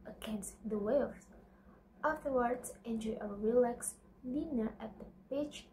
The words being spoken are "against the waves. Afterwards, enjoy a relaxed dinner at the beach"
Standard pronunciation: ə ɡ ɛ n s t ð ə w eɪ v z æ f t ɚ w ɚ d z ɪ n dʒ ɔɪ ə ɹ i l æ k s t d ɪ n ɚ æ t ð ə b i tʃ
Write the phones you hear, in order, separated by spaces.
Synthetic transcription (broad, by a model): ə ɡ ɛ n s t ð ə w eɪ z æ f t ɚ w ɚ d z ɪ n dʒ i ə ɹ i l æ k s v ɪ n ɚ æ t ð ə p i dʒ